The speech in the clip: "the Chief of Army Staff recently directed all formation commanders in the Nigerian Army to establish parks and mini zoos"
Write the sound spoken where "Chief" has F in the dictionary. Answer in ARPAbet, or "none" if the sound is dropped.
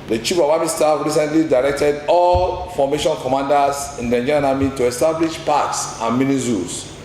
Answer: P